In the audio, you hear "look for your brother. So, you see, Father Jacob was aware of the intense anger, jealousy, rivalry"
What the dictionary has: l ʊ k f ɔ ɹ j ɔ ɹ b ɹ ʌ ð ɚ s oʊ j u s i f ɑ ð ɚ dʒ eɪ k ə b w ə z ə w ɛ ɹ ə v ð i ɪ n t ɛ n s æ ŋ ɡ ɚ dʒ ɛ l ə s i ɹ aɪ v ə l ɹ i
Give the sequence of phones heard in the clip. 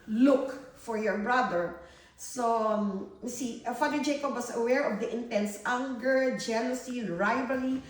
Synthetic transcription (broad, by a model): l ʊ k f ɔ ɹ j ɔ ɹ b ɹ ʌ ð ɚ s oʊ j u s i f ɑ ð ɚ dʒ eɪ k ə b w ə s ə w ɛ ɹ ə v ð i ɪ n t ɛ n s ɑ ŋ ɡ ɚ dʒ ɛ l ə s i ɹ aɪ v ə l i